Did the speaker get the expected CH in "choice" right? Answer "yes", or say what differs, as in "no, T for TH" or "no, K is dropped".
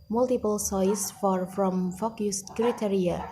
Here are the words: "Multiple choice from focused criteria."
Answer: no, S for CH